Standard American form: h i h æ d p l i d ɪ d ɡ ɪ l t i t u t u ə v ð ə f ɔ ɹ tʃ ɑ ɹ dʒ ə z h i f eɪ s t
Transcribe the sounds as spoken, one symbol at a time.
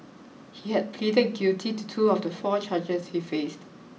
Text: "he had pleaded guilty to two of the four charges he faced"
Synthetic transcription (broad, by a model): h i h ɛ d p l i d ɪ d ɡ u t i t u t u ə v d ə f ɔ tʃ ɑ dʒ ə s h i f eɪ s t